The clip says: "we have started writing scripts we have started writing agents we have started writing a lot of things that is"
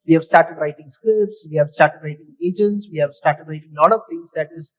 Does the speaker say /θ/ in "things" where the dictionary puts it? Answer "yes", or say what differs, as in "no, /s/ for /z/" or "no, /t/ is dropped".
no, /t/ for /θ/